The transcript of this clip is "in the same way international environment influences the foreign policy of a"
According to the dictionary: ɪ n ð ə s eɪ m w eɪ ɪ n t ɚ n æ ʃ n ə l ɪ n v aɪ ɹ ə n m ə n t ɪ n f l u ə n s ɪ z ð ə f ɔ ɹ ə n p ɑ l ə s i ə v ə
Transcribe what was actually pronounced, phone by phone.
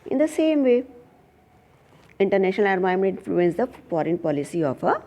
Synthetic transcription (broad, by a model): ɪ n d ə s eɪ m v eɪ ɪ n t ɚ n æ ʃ n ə l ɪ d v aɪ ə m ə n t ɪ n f l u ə n s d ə f ɔ ɹ ə n p ɑ l ə s i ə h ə